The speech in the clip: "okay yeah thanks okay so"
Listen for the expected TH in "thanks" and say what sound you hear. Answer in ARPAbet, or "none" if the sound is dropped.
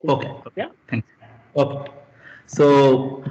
T